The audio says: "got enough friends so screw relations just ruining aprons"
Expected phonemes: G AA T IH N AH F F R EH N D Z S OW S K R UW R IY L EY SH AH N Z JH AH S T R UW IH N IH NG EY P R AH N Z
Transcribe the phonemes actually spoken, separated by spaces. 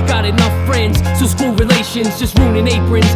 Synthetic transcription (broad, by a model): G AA T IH N AH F F R EH N D Z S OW S K UW R IY L EY SH AH N Z JH AH S T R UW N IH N EY P R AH N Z